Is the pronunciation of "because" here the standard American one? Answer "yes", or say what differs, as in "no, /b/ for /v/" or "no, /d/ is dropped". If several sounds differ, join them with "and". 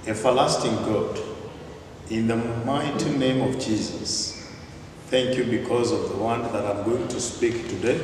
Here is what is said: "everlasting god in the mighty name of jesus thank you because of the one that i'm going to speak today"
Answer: yes